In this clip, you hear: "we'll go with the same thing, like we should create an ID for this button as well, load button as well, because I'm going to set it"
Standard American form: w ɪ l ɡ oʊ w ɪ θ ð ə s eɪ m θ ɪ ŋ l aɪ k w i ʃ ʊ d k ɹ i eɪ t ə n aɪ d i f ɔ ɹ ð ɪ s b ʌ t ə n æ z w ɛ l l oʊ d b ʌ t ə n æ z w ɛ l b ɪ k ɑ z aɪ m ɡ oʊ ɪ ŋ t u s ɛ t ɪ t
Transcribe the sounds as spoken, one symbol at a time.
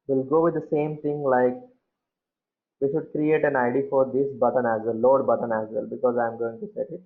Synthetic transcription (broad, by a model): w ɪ l ɡ oʊ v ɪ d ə s eɪ m t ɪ ŋ l aɪ k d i ʃ ʊ d k ɹ i eɪ t ə n aɪ d i f ɔ ɹ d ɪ s b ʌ t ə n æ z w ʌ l l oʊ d b ʌ t ə n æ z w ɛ l b ɪ k ɑ z aɪ m ɡ oʊ ɪ ŋ t u s ɛ t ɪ t